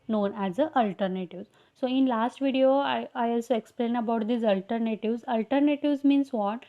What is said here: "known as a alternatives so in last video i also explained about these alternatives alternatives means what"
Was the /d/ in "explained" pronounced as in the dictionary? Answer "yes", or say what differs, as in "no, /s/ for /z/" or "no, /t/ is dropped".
no, /d/ is dropped